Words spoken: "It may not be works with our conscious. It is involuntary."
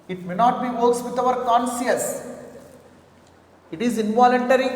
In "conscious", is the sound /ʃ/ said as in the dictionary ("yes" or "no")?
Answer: no